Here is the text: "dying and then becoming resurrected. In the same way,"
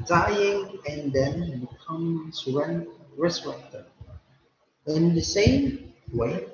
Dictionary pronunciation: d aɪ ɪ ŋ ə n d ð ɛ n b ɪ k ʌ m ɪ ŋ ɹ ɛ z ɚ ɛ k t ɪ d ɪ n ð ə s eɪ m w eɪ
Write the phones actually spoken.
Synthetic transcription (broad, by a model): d aɪ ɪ ŋ ə n d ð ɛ n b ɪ k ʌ m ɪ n ɹ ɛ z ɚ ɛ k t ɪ ɪ n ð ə s eɪ m w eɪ